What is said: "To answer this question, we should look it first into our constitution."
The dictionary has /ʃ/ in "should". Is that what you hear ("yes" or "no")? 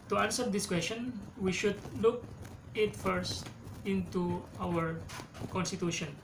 yes